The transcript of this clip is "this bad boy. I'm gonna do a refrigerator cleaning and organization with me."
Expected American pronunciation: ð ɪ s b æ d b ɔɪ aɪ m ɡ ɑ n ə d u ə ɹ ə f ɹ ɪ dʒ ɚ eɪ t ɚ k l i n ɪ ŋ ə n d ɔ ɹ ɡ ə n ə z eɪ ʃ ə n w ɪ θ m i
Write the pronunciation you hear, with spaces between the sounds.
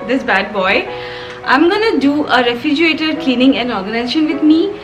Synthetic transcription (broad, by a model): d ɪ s b æ d b ɔɪ aɪ m ɡ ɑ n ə d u ə ɹ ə f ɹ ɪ dʒ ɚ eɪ t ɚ k l i n ɪ ŋ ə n ɔ ɹ ɡ ə n ə z eɪ ʃ ə n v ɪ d m i